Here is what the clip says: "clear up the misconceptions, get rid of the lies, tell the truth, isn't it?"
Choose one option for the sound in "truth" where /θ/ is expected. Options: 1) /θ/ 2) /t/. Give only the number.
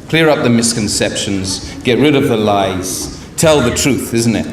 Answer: 1